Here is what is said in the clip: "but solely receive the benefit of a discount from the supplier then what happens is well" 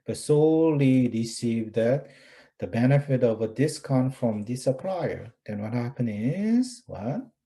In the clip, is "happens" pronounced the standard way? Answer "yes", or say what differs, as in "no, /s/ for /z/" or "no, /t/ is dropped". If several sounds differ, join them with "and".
no, /z/ is dropped